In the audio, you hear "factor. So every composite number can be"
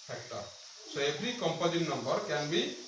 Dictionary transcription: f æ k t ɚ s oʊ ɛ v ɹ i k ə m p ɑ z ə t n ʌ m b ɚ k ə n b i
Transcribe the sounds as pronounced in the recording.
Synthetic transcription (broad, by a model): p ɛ k t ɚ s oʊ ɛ p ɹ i k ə m p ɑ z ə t n ʌ m b ɚ k ə n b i